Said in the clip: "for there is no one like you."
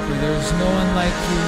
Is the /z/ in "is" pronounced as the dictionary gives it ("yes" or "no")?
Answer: yes